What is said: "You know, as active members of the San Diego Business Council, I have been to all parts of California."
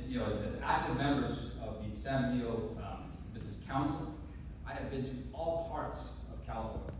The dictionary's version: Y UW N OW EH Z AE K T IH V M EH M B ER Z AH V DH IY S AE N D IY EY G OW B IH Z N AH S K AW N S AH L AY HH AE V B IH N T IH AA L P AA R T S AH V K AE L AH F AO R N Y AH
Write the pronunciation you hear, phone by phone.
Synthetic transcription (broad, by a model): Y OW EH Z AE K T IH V M EH M B ER Z AH V DH IY S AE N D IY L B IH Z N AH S K AW N S L AY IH V B IH N T IH AA L P AA R T S AH V K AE L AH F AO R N